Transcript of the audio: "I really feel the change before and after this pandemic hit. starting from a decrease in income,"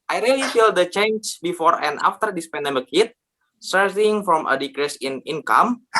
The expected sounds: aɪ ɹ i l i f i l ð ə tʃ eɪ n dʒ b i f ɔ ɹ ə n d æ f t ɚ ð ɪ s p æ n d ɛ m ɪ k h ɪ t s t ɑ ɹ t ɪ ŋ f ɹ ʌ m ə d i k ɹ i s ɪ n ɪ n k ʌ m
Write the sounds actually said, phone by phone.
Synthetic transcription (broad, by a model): aɪ ɹ i l i f i l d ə tʃ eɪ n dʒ b i f ɔ ɹ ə n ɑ f t ɚ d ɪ s p æ n d ɛ m ɪ k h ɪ t s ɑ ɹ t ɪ ŋ f ɹ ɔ m ə d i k ɹ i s ɪ n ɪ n k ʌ m